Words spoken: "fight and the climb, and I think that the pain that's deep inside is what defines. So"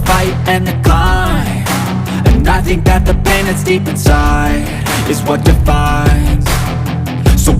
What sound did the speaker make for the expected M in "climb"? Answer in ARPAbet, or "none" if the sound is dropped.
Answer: none